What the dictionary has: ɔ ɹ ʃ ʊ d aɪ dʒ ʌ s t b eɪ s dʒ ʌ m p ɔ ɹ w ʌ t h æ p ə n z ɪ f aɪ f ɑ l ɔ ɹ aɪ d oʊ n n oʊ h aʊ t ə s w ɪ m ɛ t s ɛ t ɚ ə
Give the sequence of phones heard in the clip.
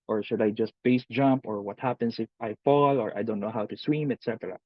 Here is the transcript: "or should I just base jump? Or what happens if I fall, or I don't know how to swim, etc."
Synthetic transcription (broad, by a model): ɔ ɹ ʃ ʊ d aɪ dʒ ʌ s t b eɪ s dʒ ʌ m p ɔ ɹ w ʌ t h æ p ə n s ɪ f aɪ f ɑ l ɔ ɹ aɪ d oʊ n n oʊ h aʊ t ə s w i m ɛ t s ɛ t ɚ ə